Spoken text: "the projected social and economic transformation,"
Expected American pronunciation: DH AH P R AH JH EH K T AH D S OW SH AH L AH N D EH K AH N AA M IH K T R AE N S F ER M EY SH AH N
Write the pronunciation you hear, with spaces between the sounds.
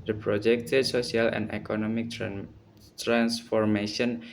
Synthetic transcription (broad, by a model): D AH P R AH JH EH K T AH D S OW S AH L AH N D EH K AH N AA M IH K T R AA N S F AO M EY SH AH N